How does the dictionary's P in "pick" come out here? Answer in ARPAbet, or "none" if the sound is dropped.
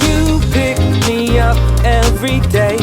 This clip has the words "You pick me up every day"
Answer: P